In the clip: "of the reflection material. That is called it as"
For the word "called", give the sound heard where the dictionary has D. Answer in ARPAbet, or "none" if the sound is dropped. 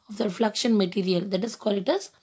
none